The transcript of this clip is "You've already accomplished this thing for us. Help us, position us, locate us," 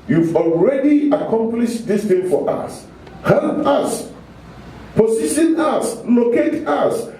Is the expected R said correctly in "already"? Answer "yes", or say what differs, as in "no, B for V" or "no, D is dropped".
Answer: yes